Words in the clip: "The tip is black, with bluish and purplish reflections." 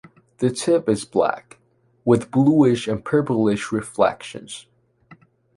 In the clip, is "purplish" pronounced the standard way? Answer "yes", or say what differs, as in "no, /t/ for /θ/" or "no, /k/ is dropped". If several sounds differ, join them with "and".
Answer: yes